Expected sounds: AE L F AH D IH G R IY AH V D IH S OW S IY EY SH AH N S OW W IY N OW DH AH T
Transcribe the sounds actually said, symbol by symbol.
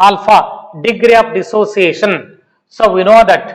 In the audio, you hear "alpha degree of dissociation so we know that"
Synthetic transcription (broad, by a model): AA L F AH D IH G R IY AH P D IH S OW S IY EY SH AH N S OW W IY N OW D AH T